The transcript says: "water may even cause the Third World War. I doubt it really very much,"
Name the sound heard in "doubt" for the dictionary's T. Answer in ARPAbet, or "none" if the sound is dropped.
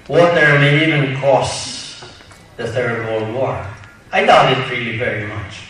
none